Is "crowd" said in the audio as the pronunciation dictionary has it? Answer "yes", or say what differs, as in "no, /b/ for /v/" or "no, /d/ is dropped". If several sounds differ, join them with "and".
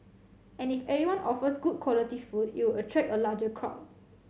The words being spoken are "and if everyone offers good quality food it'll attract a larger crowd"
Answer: no, /d/ is dropped